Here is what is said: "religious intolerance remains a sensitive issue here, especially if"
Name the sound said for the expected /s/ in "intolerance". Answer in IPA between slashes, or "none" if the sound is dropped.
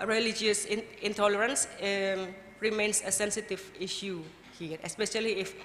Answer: /s/